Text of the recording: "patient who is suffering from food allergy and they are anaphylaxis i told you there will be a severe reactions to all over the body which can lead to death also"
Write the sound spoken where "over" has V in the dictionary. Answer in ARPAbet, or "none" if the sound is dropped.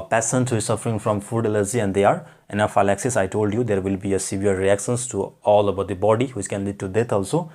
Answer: B